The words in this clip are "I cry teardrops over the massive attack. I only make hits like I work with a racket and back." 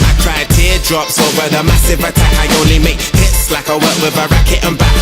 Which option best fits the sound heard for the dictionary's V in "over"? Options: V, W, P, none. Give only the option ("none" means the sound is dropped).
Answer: none